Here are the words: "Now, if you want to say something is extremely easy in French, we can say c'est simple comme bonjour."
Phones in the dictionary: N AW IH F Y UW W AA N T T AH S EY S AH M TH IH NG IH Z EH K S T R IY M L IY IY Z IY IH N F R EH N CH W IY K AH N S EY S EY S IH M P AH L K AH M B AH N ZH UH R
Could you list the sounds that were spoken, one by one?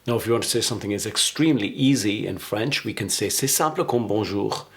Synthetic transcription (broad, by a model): N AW IH F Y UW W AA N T T AH S EY S AH M TH IH NG IH Z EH K S T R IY M L IY IY Z IY IH N F R EH N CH W IY K AH N S EY S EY S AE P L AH K AH M B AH ZH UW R